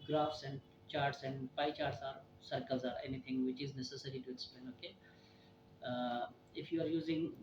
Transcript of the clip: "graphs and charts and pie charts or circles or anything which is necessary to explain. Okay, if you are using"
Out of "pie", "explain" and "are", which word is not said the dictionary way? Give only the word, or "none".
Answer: explain